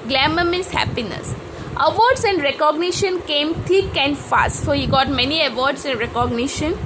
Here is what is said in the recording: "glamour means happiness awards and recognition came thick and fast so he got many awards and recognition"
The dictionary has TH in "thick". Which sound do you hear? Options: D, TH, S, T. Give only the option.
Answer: T